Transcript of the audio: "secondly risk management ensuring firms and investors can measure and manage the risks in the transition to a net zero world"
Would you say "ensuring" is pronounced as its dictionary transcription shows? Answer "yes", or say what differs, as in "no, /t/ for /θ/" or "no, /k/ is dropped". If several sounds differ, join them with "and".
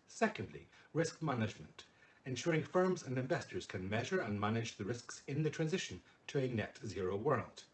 yes